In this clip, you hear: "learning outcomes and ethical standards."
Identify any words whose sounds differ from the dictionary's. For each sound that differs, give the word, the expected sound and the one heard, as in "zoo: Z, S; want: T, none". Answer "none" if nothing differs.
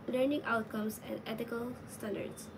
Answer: outcomes: Z, S; ethical: TH, T